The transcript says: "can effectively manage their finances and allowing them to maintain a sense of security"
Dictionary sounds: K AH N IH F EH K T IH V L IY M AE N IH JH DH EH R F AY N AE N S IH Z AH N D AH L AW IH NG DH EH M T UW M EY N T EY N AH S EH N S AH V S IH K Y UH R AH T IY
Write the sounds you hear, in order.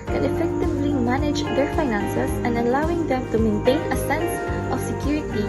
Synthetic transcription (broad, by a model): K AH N IH F EH K T IH V L IY M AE N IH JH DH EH R F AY N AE N S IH S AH N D AH L AW IH NG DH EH M T UW M EY N T EY N AH S EH N S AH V S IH K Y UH R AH T IY